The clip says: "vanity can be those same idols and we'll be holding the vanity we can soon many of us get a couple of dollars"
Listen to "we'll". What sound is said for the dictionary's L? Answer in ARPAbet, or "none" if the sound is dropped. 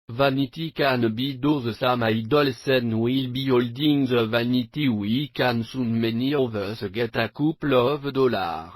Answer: L